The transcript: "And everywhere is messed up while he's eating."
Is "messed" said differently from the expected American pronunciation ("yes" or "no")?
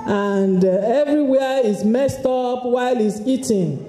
no